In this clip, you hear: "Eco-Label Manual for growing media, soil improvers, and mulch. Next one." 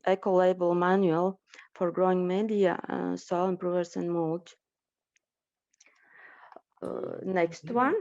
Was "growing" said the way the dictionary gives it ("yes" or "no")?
yes